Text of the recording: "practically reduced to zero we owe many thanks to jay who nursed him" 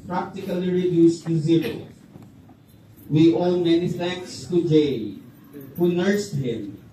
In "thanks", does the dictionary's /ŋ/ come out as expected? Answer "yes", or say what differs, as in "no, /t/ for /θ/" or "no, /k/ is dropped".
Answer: no, /ŋ/ is dropped